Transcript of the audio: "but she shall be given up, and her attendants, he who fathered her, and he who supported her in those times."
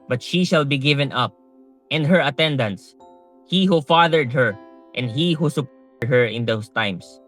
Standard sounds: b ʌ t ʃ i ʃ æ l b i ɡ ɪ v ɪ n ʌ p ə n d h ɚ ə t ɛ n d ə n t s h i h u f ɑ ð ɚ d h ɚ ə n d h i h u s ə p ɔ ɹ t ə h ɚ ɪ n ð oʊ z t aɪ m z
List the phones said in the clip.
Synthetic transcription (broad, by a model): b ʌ t ʃ i ʃ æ l b i ɡ ɪ v ɪ n ʌ p ə n d h ɚ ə t ɛ n d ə n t s h i h u f ɑ ð ɚ d h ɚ ə n d h i h u s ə p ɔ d h ɚ ɪ n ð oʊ s t aɪ m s